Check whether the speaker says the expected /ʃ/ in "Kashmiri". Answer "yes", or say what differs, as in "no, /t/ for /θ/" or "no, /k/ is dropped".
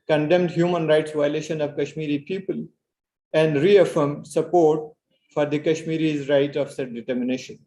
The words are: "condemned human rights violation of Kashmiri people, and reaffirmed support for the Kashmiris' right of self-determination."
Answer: yes